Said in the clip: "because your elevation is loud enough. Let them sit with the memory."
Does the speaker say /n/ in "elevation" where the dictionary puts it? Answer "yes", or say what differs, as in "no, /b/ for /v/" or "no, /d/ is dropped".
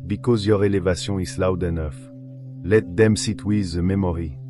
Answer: no, /n/ is dropped